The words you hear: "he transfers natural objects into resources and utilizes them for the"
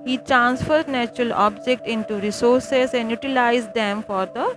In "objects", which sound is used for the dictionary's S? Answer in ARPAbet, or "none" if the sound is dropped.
none